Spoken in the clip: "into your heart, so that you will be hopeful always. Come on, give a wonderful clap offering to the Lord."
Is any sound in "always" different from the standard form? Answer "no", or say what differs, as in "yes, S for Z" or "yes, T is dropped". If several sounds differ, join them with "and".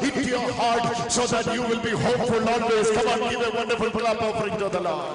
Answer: yes, N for L